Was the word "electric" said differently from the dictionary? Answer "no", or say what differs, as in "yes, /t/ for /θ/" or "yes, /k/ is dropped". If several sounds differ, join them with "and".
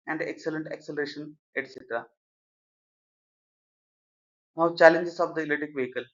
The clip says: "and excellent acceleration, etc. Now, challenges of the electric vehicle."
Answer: yes, /k/ is dropped and /ɹ/ is dropped